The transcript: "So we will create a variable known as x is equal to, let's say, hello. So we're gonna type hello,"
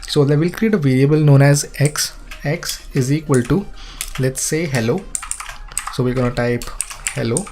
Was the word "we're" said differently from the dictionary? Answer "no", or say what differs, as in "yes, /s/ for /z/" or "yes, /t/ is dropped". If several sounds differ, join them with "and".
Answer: yes, /l/ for /ɹ/